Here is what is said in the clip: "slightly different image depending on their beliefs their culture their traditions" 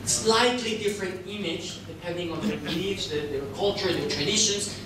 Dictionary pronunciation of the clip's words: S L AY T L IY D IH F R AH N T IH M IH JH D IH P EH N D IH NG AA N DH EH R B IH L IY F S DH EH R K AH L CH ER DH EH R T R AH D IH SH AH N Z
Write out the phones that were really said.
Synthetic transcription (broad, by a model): S L AY T L IY D IH F R AH N T IH M IH JH D IH P EH N D IH NG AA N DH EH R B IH IY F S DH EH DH K AH L CH ER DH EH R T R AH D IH SH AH N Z